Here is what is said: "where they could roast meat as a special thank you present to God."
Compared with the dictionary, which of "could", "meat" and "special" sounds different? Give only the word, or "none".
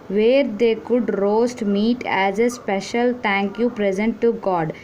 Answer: none